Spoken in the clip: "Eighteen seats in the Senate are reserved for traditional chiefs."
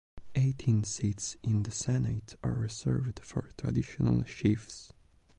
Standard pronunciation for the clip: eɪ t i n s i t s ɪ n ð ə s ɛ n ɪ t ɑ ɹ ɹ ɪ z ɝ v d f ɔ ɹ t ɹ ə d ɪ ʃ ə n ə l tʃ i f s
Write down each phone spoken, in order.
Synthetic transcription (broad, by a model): eɪ t i n s i t s ɪ n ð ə s ɛ n ɪ t ɑ ɹ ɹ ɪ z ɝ v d f ɔ ɹ t ɹ ə d ɪ ʃ ə n ə l ʃ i f s